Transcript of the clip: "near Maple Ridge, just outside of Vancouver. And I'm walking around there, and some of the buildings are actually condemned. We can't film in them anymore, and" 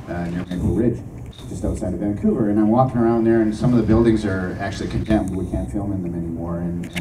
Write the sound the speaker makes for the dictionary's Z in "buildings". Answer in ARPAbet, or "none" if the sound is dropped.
Z